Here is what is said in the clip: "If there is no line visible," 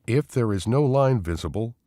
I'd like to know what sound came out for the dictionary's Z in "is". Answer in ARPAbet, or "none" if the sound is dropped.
Z